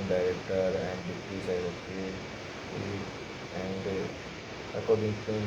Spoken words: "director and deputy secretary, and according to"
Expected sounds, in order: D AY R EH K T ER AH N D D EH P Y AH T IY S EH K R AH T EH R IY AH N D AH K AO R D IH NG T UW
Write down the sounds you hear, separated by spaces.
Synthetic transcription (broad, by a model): D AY R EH K T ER AH N D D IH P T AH S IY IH R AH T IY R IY AH N D AH K AO R D IH NG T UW